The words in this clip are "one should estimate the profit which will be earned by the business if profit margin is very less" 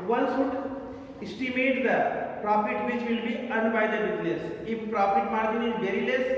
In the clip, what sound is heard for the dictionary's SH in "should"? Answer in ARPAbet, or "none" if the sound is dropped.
S